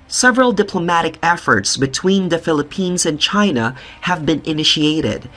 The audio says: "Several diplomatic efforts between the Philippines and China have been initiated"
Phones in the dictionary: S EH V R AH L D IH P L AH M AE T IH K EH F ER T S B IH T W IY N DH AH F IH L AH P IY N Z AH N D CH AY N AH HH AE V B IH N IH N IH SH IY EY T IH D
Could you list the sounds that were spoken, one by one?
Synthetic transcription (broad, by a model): S EH V R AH L D IH P L AH M AE T IH K EH F ER T S B IH T W IY N DH AH F IH L AH P IY N Z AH N CH AY N AH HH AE V B IH N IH N IH SH IY EY T IH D